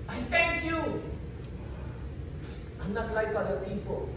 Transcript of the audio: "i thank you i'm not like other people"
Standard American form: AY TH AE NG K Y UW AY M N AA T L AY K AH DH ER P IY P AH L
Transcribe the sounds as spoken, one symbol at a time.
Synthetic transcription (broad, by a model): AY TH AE NG K Y UW AY M N AA T L AY K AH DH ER P IY P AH L